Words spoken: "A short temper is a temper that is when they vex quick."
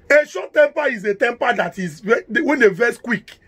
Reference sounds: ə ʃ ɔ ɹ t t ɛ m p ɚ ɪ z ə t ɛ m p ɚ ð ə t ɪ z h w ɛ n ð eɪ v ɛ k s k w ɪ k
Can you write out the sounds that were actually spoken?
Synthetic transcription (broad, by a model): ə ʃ ɔ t t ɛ m p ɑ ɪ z ə t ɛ m p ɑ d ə t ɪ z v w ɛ n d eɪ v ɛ s k w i k